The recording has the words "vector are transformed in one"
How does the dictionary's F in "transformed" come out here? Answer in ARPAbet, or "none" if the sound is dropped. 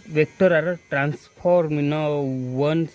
P